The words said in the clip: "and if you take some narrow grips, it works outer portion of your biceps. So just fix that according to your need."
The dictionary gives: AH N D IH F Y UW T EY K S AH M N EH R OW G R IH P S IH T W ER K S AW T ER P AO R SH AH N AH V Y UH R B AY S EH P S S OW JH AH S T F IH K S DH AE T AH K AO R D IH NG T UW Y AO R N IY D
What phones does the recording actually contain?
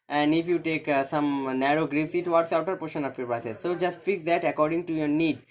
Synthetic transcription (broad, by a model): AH N D IH F Y UW T EY K S AH M N EH R OW G R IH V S IH T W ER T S AW T ER P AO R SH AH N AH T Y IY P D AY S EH S S OW JH AH S T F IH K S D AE T AH K AO R D IH NG T UW Y AO R N IY D